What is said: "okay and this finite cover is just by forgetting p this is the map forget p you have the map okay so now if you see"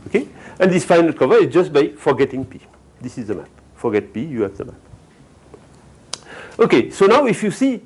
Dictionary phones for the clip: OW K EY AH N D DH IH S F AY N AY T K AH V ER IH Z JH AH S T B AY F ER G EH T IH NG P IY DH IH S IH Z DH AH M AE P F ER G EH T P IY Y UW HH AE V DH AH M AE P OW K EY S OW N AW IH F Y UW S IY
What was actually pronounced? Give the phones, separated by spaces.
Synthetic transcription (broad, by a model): OW K EY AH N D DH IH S F AY N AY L K AH V ER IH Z JH AH S T B AY F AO G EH T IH NG P IY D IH S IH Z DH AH M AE P F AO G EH T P IY Y UW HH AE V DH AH M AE P OW K EY S OW N AW IH F Y UW S IY